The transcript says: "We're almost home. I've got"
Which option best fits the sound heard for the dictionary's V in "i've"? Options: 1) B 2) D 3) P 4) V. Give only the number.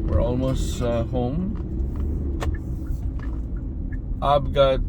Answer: 3